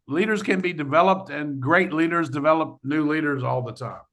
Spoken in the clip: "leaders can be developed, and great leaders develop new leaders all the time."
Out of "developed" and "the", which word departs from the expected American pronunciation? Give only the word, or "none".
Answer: none